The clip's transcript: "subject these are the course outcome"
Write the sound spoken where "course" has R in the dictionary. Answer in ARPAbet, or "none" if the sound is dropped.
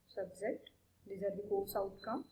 L